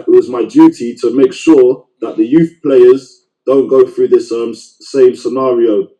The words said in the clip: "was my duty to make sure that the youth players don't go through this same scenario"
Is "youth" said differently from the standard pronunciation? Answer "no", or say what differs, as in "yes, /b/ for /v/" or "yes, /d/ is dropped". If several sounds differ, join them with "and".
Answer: no